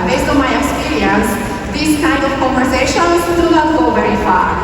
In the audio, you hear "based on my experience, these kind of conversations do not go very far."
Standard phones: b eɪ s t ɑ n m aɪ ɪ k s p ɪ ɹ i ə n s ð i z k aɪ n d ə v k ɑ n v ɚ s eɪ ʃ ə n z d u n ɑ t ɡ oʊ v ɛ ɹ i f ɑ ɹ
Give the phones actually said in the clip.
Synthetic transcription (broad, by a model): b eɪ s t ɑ m aɪ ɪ k s p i ɹ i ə n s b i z k aɪ n d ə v k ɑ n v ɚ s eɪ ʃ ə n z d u l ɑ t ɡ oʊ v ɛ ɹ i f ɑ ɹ